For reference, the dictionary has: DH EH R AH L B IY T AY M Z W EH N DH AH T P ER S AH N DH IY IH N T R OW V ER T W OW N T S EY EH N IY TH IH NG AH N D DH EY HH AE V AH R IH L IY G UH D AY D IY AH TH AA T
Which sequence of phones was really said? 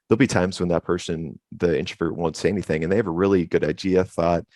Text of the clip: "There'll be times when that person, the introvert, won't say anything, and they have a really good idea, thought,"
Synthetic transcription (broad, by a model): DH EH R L B IY T AY M Z W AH N DH AH T P ER S AH N DH IY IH N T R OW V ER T W OW N T S EY EH N IY TH IH NG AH N DH EY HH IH V AH R IH L IY G UH D AY D IY AH TH AA T